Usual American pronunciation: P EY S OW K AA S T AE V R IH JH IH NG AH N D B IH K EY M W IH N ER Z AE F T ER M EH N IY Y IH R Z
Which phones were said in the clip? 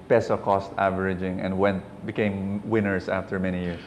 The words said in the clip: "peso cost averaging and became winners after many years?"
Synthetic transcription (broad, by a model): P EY S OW K AA S T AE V R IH JH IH NG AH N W B IH K EY M W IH N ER S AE F T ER M EH N IY Y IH R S